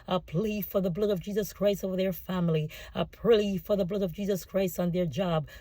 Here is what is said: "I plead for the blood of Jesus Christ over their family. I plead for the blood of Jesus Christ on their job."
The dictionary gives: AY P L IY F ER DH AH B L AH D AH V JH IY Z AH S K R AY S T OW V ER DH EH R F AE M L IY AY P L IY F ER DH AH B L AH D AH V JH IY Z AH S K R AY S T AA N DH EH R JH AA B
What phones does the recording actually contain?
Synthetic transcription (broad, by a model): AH P L IY F ER DH AH B L AH D AH V JH IY Z AH S K R AY S T OW V ER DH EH R F AE M L IY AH P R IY F ER DH AH B L AH D AH V JH IY Z AH S K R AY S T N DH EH R JH AA B